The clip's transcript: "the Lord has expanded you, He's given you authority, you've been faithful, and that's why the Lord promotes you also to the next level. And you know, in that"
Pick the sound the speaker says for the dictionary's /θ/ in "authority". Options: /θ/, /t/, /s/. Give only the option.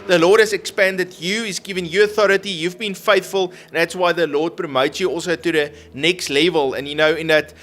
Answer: /θ/